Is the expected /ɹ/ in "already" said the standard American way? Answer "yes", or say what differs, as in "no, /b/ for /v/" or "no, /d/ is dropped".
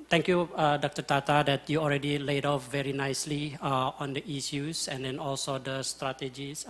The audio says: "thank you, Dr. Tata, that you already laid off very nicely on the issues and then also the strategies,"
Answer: yes